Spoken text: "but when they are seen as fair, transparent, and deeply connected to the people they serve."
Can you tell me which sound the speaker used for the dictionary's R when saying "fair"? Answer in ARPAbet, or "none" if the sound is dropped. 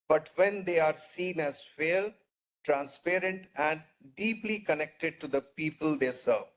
L